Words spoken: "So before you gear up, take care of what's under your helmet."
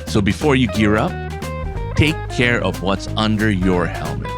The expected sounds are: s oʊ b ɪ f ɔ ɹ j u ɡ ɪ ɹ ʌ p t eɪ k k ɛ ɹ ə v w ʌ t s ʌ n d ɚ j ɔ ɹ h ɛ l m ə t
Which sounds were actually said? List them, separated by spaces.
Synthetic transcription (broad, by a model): s oʊ b ɪ f ɔ ɹ j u ɡ ɪ ɹ ʌ p t eɪ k k ɛ ɹ ə v w ʌ t s ʌ n d ɚ j ɔ ɹ h ɛ l m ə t